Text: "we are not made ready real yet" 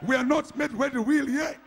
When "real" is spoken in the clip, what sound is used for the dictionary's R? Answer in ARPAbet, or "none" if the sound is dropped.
W